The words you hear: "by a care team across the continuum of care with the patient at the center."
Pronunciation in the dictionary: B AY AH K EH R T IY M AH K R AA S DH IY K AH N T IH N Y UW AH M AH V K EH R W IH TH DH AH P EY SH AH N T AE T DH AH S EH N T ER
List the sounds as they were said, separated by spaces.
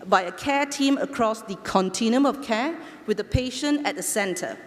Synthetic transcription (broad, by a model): B AY AH K EH T IY M AH K R AA S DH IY K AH N T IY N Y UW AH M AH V K EH W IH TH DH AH P EY SH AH N AE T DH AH S EH N T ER